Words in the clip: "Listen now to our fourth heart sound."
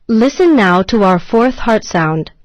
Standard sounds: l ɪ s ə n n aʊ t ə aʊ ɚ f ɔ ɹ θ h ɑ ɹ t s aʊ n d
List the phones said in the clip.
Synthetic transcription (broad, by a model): l ɪ s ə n n aʊ t ə aʊ ɚ f ɔ ɹ θ h ɑ ɹ t s aʊ n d